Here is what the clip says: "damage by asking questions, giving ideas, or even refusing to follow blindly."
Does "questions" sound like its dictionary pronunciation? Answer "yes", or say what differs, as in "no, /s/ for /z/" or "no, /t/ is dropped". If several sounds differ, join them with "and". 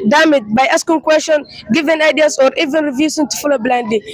no, /ʃ/ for /tʃ/ and /z/ is dropped